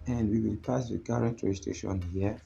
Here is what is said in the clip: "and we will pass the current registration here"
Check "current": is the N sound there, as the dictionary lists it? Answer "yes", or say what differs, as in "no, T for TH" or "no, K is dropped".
yes